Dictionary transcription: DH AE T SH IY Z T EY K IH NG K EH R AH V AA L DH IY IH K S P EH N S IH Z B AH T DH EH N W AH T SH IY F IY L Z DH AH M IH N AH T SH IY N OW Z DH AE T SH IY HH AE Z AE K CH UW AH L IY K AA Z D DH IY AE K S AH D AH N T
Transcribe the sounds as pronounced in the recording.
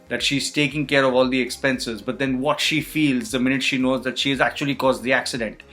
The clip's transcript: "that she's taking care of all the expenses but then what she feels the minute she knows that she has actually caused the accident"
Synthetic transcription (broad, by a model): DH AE T SH IY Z T EY K IH NG K EH R AH V AA L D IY IH K S P EH N S IH Z B AH T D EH N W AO T SH IY F IY L Z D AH M IH N AH T SH IY N OW Z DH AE T SH IY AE Z AE K CH UW AH L IY K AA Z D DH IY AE K S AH D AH N T